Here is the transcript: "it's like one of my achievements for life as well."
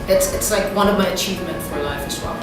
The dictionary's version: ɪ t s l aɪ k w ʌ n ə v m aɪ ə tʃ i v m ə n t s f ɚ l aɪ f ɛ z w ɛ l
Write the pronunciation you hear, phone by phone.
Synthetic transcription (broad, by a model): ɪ t s l aɪ k w ʌ n ə v m aɪ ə tʃ i v m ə n t f ɚ l aɪ f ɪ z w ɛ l